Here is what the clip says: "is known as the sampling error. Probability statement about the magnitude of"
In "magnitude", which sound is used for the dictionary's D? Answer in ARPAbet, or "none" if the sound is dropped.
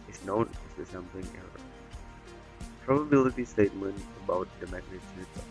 none